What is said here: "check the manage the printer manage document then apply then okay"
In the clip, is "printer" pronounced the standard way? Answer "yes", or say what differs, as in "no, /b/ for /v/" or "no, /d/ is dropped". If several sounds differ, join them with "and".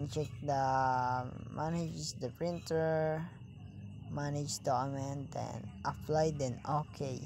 yes